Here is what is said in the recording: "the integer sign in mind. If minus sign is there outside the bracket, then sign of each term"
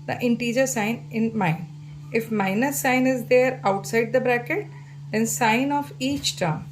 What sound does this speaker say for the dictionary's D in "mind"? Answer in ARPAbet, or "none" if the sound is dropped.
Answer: none